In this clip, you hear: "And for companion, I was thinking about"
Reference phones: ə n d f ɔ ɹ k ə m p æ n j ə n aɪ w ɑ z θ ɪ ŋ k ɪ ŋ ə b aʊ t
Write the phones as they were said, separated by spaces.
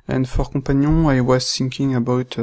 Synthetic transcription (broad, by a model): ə n f ɔ ɹ k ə p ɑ n j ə aɪ w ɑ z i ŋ k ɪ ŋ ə b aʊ t